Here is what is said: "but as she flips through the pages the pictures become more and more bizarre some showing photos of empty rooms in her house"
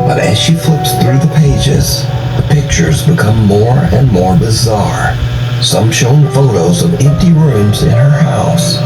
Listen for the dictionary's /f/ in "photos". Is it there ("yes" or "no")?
yes